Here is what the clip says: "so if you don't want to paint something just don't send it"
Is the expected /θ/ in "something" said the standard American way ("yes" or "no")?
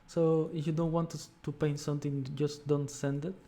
no